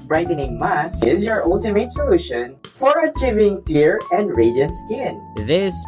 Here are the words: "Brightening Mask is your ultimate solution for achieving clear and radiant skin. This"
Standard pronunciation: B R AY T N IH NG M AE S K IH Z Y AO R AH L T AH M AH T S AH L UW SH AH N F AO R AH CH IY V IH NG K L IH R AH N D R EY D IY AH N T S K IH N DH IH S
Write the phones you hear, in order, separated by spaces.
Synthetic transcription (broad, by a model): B R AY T N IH NG M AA S IH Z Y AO R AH L T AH M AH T S AH L UW SH AH N F AO R AH CH IY V IH NG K L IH R AH N D R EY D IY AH N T S K IH N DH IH S